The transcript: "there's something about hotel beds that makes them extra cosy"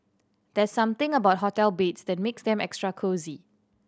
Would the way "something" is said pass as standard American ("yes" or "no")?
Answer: no